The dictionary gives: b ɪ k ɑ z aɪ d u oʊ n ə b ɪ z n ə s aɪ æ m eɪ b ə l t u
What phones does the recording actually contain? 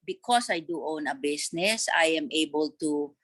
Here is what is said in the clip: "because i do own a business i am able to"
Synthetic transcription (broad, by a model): b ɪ k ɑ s aɪ d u oʊ n ə b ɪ s n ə s aɪ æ m eɪ b ə l t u